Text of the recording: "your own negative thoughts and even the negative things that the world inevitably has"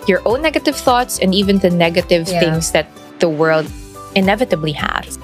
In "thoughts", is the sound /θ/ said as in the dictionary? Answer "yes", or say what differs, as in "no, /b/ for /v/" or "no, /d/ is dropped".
yes